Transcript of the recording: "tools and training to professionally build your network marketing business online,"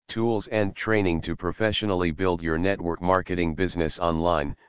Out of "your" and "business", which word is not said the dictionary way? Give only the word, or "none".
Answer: none